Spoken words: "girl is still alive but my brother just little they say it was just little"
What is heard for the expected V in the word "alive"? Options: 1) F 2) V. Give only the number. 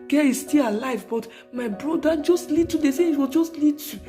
2